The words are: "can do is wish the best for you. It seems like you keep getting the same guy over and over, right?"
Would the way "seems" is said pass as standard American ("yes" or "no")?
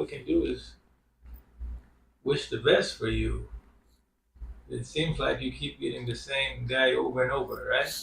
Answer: yes